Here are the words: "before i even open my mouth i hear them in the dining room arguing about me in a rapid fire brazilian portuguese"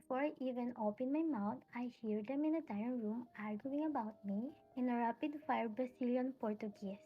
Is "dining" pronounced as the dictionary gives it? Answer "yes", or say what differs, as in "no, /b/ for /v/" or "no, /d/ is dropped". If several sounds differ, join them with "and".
no, /n/ is dropped